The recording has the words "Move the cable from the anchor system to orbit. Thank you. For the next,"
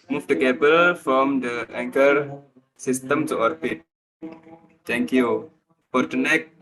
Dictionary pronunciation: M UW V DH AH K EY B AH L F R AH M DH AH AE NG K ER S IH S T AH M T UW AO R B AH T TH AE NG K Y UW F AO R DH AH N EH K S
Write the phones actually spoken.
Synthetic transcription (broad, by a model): M UW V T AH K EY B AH L F R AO M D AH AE NG K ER S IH S T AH M T UW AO R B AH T T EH NG K Y UW F AO R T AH N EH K